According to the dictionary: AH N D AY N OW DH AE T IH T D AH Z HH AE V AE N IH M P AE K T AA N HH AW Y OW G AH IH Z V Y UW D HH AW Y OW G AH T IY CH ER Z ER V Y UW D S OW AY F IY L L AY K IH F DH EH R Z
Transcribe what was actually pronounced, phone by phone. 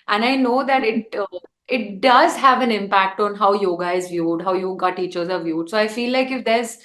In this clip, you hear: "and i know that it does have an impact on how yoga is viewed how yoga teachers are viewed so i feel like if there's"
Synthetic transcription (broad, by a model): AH N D AY N OW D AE T IH T D AH Z HH AE V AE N IH M P AE K T AA N HH AW Y OW G AH IH Z V Y UW D HH AW Y OW G AH T IY CH ER Z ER V Y UW D S OW AY F IY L L AY K IH F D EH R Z